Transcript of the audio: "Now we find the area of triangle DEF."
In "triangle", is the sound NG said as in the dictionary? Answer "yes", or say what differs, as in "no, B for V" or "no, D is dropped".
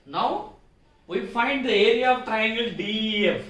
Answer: yes